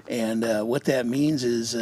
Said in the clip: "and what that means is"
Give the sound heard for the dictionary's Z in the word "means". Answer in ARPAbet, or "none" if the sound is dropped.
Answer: Z